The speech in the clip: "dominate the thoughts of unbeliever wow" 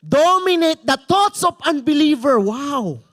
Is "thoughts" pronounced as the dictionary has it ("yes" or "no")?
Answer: no